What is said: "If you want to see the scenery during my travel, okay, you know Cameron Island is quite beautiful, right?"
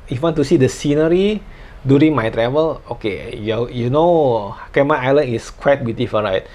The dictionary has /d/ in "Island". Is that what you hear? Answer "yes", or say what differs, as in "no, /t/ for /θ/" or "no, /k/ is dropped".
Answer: no, /d/ is dropped